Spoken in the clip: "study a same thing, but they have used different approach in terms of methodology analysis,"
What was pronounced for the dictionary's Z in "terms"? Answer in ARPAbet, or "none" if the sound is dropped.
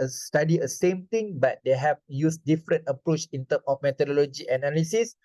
none